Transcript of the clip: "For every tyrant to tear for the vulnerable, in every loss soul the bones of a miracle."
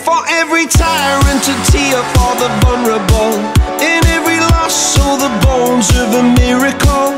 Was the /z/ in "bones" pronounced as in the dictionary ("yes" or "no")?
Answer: yes